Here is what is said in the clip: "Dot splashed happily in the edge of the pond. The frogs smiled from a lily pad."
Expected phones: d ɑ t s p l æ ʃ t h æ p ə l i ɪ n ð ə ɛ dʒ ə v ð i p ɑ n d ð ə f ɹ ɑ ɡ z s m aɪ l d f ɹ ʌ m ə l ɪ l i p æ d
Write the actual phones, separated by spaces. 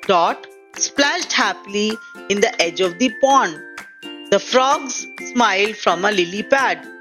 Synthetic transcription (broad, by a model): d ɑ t s p l æ ʃ t h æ p l i ɪ n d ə ɛ dʒ ə v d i p ɑ n d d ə f ɹ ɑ ɡ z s m aɪ l d f ɹ ʌ m ə l ɪ l i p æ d